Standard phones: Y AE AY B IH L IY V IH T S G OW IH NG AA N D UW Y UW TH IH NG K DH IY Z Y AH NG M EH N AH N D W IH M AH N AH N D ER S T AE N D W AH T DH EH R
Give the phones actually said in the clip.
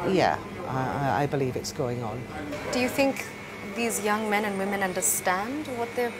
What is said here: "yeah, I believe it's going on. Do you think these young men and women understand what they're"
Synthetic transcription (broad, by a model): Y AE AY B IH L IY V IH T S G OW IH NG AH N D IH Y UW TH IH NG K DH IY Z Y AH NG M EH N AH N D W IH M AH N AH N D ER S T AE N D W AH T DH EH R